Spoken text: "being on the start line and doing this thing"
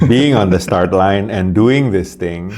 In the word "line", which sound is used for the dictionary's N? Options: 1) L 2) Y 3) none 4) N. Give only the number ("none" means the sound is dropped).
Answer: 4